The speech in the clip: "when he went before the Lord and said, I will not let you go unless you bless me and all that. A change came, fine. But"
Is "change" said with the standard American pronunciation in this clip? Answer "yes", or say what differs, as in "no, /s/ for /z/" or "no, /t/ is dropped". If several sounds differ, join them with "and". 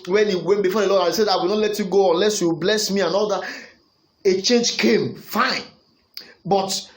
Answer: yes